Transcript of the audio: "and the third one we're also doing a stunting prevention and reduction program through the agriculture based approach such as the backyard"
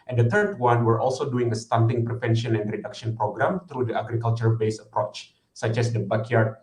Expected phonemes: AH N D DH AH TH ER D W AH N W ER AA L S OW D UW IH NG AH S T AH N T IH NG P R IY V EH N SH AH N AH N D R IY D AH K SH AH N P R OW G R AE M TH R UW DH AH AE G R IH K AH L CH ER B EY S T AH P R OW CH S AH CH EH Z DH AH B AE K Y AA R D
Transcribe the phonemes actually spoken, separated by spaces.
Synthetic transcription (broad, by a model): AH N D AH T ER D W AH N W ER AA L S OW D UW IH NG AH S T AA N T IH NG P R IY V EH N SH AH N AH N D R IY D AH K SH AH N P R OW G R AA M T R UW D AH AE G R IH K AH L CH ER B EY S AH P R OW CH S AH CH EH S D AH B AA K Y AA R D